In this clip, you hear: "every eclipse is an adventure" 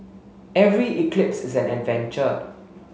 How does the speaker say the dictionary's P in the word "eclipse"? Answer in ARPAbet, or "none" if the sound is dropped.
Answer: P